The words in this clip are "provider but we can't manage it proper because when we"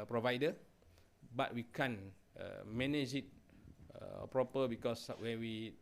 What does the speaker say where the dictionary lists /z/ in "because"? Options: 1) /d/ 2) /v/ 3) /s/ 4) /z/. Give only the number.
3